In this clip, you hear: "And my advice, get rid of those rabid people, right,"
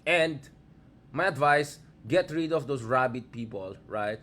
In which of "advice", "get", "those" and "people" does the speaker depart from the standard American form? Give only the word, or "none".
those